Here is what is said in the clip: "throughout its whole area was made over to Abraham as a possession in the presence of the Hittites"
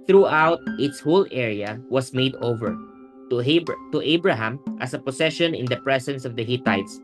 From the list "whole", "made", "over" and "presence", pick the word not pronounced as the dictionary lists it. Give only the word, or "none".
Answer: presence